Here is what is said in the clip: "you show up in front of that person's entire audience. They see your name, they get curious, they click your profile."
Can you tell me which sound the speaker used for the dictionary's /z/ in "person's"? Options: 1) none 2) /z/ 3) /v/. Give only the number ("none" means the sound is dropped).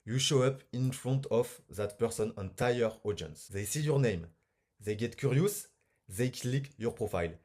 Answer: 1